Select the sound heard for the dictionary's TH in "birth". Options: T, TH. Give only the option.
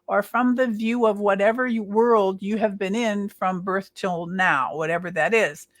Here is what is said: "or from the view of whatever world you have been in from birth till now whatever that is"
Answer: TH